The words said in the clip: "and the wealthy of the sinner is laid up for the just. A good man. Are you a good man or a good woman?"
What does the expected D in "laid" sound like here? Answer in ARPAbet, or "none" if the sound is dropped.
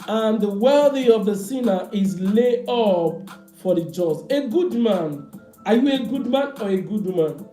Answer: none